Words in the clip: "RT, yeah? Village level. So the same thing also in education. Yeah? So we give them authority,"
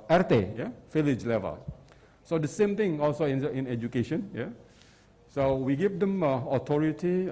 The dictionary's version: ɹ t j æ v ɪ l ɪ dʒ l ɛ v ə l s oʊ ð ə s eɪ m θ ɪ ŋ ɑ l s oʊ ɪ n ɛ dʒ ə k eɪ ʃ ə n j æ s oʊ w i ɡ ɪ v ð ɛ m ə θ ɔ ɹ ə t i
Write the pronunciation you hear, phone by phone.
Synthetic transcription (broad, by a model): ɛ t j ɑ f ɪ l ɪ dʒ l ɛ v ə l s oʊ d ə s eɪ m t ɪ ŋ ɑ l s oʊ ɪ n ɛ dʒ ə k eɪ ʃ ə n j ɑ s oʊ w i ɡ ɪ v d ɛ m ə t ɔ ɹ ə t i